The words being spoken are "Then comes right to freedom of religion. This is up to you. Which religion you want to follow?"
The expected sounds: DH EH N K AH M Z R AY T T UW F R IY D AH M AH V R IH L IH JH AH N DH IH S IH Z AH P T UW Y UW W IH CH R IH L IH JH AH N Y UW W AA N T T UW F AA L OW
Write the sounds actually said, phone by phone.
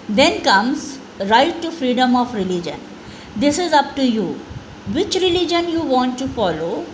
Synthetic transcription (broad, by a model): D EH N K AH M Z R AY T T UW F R IY D AH M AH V R IH L IH JH AH N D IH S IH Z AH P T UW Y UW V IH CH R IH L IH JH AH N Y UW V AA N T T UW F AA L OW